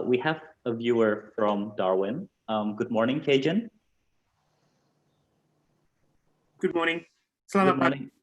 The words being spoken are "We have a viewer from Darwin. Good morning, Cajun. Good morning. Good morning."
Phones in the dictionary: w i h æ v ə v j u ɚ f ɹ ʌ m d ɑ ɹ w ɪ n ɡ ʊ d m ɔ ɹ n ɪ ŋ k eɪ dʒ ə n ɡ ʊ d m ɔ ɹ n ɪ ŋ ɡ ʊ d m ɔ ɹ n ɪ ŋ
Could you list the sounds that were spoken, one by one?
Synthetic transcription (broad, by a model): w i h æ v ə v j u ɚ f ɹ ʌ m d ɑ ɹ w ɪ n ɡ ʊ d m ɔ ɹ n ɪ ŋ k eɪ dʒ ə n ɡ ʊ d m ɔ ɹ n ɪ ŋ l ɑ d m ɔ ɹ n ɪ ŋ